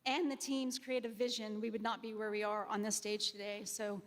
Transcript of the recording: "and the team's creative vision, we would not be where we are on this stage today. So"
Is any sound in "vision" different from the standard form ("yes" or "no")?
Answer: no